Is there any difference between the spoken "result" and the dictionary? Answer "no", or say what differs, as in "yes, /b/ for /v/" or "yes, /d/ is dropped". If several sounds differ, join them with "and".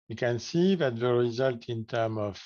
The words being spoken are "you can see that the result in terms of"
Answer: no